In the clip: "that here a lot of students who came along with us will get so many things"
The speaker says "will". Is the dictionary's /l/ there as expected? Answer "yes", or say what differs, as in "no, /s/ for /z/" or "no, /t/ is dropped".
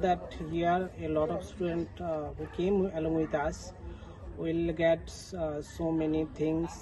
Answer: yes